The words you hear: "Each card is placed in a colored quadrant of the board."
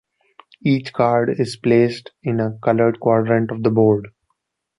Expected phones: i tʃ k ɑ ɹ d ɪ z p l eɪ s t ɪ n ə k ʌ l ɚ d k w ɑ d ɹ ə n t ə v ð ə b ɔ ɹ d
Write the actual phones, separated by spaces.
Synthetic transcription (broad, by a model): i tʃ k ɑ ɹ d ɪ z p l eɪ s t ɪ n ə k ʌ l ɚ d k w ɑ d ɹ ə n t ə v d ə b ɔ ɹ d